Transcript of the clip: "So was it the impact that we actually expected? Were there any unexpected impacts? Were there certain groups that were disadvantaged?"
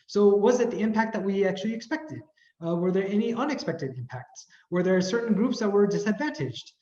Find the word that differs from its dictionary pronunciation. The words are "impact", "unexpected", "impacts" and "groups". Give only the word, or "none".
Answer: none